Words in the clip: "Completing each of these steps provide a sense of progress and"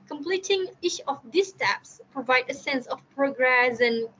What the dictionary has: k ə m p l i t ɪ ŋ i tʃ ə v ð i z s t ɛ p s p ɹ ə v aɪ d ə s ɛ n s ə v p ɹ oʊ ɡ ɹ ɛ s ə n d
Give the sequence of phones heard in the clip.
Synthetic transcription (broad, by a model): k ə m p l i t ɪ ŋ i ʃ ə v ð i s t ɛ p s p ɹ ə v aɪ d ə s ɛ n s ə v p ɹ oʊ ɡ ɹ ɛ s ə n